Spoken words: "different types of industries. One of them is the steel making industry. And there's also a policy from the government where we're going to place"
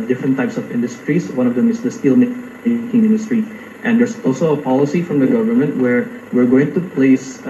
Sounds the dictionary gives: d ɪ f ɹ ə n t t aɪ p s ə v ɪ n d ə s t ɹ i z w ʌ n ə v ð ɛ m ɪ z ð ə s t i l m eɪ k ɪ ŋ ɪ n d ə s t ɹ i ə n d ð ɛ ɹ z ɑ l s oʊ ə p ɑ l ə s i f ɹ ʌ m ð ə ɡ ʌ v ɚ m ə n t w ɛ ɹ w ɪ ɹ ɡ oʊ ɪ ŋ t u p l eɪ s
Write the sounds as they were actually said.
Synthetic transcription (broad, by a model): d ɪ f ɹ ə n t t aɪ p s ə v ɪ n d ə s t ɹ i s w ʌ n ə v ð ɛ m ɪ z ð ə s t i l m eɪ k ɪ ŋ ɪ n d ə s t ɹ i ə n d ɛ ɹ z ɑ l s oʊ ə p ɑ l ə s i f ɹ ʌ m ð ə ɡ ʌ v ɚ m ə n t w ɛ ɹ w ɪ ɹ ɡ oʊ ɪ ŋ t u p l eɪ s